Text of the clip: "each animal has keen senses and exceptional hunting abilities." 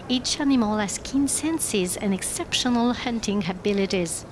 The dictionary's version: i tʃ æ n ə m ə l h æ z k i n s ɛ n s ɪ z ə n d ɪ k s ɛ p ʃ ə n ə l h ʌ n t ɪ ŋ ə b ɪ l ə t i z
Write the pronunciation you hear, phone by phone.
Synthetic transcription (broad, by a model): i tʃ æ n ə m ə l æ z k i n s ɛ n s ɪ z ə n ɪ k s ɛ p ʃ ə n ə l h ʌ n t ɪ ŋ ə b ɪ l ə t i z